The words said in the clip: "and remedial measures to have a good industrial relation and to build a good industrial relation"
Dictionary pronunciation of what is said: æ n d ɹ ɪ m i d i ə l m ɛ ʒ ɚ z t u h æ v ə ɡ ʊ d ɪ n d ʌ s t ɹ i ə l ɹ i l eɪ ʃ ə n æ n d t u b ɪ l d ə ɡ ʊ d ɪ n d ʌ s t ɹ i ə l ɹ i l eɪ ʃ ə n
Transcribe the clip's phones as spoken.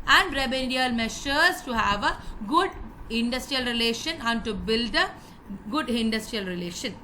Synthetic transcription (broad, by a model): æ n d ɹ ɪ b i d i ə l m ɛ ʃ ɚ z t u h æ v ə ɡ ʊ d ɪ n d ʌ s t ɹ i ə l ɹ i l eɪ ʃ ə n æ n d t u b ɪ l d ə ɡ ʊ d ɪ n d ʌ s t ɹ i ə l ɹ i l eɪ ʃ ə n